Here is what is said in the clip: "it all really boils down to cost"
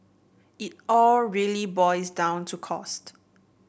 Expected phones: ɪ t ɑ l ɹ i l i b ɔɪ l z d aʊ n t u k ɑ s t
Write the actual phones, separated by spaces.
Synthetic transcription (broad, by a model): ɪ t ɑ l ɹ i l i b ɔɪ z d aʊ n t u k ɑ s t